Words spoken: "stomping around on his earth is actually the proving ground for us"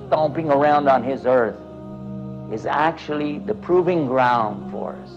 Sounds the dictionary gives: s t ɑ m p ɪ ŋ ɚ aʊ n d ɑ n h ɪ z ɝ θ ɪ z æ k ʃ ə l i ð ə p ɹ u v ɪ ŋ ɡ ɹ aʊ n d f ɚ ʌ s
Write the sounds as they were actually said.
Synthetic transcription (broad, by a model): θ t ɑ m p ɪ ŋ ɚ aʊ n d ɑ n ɪ z ɝ θ ɪ z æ k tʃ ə l i ð ə p ɹ u v ɪ ŋ ɡ ɹ aʊ n d f ɚ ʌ s